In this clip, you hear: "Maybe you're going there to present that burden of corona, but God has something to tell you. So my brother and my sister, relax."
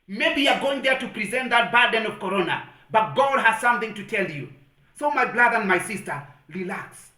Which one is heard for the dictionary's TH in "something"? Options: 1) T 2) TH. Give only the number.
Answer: 2